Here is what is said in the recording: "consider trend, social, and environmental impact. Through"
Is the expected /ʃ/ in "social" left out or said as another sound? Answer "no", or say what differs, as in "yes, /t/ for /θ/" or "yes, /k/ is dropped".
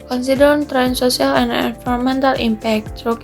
yes, /s/ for /ʃ/